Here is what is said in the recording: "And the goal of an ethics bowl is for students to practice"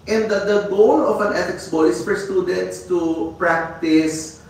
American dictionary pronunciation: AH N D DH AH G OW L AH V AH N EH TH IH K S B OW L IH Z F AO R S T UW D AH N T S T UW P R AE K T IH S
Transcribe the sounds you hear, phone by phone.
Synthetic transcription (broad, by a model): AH N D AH G OW L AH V AH N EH T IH K S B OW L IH S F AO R S T UW D AH N T S T UW P R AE K T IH S